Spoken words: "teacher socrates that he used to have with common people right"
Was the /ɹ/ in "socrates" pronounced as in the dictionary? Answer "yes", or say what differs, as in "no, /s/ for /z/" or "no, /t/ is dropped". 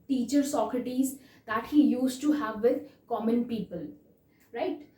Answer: yes